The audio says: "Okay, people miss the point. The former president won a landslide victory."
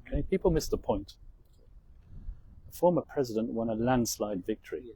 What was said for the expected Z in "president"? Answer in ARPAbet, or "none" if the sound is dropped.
Z